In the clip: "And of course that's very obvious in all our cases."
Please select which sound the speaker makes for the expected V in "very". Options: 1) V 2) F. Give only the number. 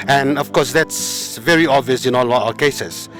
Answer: 1